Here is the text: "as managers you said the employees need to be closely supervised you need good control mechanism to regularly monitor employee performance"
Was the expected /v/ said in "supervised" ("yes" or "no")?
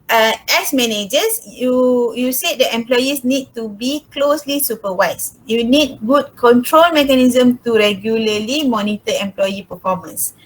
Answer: no